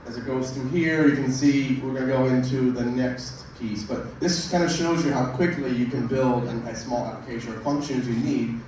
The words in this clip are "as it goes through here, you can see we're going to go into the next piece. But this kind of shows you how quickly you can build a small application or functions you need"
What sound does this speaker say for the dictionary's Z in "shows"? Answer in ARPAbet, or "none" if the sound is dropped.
Z